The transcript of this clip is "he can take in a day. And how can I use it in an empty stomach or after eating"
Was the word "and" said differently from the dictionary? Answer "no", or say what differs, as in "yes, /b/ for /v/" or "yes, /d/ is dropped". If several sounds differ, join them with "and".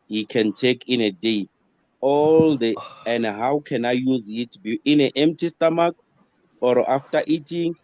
yes, /l/ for /n/